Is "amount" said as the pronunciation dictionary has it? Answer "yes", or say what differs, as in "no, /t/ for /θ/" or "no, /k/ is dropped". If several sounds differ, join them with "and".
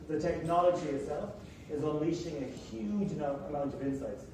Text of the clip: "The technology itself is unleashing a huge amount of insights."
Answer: yes